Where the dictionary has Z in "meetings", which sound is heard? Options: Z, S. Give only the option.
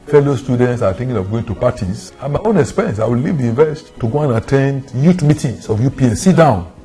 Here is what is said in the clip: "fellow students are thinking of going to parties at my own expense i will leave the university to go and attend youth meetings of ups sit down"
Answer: S